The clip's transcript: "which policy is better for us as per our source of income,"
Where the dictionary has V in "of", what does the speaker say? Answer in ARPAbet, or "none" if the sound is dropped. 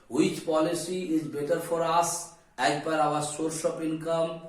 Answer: P